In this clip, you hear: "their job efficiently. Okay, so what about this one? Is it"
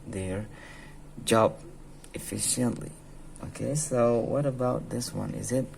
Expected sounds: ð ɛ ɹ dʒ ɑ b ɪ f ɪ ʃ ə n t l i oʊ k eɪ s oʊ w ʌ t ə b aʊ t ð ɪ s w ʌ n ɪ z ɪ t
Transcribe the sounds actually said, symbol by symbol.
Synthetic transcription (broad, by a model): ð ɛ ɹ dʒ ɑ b ɪ f ɪ ʃ ə n t l i oʊ k eɪ s oʊ w ʌ t ə b aʊ t ð ɪ s w ʌ n ɪ z ɪ t